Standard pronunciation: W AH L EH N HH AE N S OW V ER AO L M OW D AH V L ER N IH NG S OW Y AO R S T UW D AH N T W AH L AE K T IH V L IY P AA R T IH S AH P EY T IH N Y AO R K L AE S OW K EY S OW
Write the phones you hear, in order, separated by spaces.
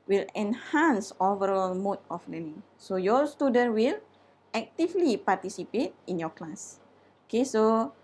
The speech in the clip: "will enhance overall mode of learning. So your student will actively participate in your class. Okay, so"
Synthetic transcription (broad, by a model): W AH L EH N HH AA N S OW V ER AO L M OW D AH F L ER N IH NG S OW Y AO S T UW D AH N T W AH L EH K T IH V L IY P AA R T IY S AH P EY T IH N Y AO K L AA S OW K EY S OW